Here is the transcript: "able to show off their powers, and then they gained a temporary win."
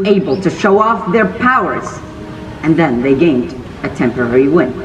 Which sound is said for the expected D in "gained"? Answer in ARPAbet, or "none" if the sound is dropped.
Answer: D